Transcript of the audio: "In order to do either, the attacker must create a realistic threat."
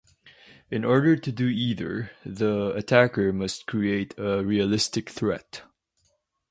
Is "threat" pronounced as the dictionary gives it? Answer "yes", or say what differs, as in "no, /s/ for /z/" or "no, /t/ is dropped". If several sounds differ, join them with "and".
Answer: yes